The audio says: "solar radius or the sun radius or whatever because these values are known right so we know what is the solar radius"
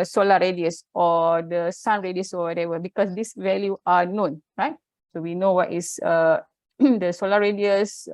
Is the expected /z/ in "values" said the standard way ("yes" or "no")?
no